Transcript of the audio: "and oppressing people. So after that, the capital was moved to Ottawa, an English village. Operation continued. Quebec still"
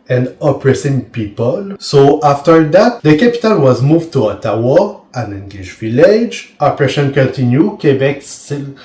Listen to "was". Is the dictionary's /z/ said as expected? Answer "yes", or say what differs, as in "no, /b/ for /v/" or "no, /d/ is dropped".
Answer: yes